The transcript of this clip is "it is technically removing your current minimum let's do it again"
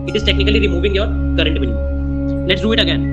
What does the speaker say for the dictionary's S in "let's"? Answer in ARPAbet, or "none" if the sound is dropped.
S